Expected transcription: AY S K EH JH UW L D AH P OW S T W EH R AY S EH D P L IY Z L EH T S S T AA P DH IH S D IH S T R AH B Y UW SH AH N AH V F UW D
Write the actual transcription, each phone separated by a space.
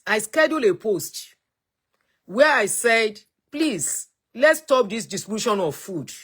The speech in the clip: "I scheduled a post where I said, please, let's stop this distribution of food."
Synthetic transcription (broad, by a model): AY S K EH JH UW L AH P OW S T W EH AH AY S EH D P L IY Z L EH T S S T AA P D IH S D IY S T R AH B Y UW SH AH N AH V F UW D